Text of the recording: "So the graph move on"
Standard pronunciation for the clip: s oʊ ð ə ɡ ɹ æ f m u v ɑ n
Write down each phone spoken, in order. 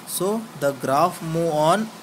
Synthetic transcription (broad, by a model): s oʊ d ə ɡ ɹ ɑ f m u ɑ n